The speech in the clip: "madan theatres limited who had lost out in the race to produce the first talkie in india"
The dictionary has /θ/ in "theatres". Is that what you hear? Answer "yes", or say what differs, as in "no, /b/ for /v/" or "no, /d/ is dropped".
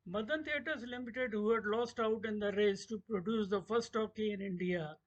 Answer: no, /t/ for /θ/